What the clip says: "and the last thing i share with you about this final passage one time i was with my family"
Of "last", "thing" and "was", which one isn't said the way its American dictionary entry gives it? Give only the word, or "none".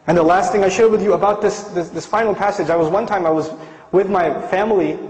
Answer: none